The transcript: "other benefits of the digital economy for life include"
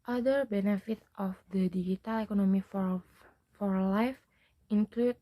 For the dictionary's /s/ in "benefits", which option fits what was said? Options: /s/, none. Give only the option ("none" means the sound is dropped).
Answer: none